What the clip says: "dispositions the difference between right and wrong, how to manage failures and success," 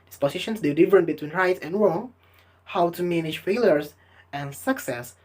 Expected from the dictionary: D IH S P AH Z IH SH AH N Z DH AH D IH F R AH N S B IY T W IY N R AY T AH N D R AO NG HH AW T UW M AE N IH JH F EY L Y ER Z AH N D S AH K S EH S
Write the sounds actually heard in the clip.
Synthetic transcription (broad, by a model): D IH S P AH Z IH SH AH N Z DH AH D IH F R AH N B IY T W IY N R AY T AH N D R AO NG HH AW T UW M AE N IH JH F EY L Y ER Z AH N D S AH K S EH S